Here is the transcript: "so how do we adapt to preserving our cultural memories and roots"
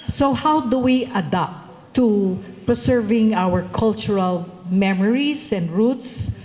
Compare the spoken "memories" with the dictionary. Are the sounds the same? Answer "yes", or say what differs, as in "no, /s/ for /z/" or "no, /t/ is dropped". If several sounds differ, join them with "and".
no, /s/ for /z/